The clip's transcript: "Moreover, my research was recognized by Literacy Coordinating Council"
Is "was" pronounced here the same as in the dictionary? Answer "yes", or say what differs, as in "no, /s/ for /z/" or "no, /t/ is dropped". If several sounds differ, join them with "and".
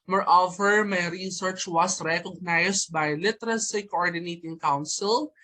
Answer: no, /s/ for /z/